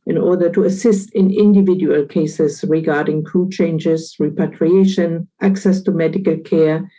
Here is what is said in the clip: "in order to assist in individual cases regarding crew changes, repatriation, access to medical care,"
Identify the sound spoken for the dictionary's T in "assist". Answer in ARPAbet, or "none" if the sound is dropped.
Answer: T